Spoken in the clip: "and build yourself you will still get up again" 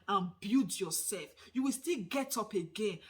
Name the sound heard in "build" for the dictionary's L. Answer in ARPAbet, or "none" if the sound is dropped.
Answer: none